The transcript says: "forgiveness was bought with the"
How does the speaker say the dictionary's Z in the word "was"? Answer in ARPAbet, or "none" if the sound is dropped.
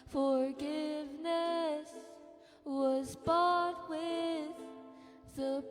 Z